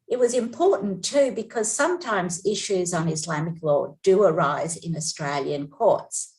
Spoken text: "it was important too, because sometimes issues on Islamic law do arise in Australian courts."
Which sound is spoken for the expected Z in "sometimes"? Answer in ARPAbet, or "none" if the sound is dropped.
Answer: Z